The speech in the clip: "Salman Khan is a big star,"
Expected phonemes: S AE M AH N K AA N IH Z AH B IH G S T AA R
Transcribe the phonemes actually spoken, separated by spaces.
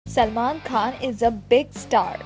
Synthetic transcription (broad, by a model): S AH M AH N K AA N IH Z AH B IH G S T AA R